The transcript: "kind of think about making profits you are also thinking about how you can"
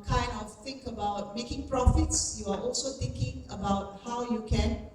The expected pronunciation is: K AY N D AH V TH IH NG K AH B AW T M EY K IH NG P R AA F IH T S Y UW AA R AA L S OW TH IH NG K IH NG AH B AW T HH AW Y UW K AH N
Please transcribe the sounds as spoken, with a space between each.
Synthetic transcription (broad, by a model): K AY N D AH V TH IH NG K AH B AW T M EY K IH NG P R AA F IH T S Y UW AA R AA L S OW T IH NG K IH NG AH B AW T HH AW Y UW K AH N